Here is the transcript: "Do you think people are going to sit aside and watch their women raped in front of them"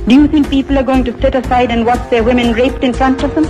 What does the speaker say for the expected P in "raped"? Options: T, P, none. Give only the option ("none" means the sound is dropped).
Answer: P